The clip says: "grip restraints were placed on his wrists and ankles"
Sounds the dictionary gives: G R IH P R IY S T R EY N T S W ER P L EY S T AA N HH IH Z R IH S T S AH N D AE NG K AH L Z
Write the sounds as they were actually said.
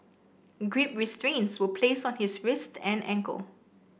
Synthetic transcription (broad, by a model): G R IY P R IY S T R EY N T S W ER P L EY S AA N HH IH S R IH S T AH N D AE NG K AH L